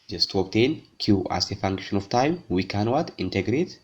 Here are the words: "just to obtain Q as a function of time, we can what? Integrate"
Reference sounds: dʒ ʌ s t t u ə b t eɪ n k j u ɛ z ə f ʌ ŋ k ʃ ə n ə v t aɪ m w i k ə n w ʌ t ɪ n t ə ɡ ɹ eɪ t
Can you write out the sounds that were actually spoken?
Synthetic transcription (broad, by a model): dʒ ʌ s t t u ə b t eɪ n k j u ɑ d ə f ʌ ŋ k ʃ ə n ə f t aɪ m w i k ə n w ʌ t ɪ n t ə ɡ ɹ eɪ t